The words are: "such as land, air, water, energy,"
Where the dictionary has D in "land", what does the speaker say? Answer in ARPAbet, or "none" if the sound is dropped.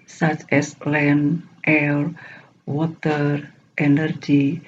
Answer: none